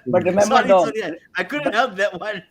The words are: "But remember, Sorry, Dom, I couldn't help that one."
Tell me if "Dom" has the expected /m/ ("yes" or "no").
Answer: no